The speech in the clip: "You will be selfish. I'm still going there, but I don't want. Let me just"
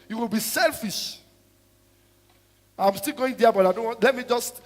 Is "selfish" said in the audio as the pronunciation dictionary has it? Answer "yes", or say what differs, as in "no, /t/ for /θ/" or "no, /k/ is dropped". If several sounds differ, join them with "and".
yes